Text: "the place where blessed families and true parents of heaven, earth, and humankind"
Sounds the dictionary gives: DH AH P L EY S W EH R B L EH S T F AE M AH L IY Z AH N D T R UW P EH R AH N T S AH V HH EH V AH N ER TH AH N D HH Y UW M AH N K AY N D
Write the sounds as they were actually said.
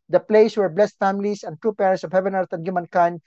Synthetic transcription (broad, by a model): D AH P L EY S W EH R B L EH S T F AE M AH L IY S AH N T R UW P EH R AH N T S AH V HH EH V AH N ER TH AH N D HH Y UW M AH N K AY N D